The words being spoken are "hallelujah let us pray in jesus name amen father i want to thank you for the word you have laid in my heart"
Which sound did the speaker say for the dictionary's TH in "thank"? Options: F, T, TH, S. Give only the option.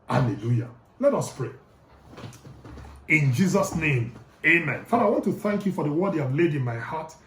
TH